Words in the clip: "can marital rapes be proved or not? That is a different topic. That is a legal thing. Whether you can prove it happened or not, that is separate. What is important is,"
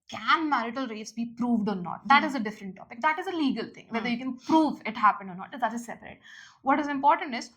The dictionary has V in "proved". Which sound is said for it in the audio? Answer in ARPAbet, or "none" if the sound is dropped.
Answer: V